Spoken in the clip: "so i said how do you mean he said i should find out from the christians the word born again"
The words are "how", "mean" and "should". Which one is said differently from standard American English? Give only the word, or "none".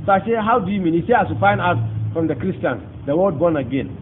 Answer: should